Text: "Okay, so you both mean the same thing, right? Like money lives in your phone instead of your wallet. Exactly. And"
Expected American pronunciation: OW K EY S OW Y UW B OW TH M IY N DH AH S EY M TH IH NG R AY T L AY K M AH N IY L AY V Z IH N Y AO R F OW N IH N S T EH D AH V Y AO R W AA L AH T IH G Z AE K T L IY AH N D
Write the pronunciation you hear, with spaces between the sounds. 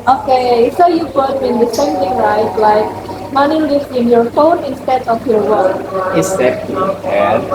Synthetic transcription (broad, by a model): OW K EY S OW Y UW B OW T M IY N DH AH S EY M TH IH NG R AY T L AY K M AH N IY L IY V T IH N Y AO R F OW N IH N S T EH D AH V Y AO R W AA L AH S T IY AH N